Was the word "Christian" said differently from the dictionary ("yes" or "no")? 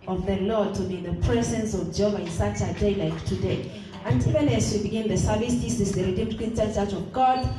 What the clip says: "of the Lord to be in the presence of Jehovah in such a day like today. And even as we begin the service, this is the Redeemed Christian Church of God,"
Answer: yes